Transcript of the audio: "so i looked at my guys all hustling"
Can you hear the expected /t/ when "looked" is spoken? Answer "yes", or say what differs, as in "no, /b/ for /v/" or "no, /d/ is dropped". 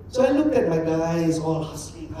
no, /t/ is dropped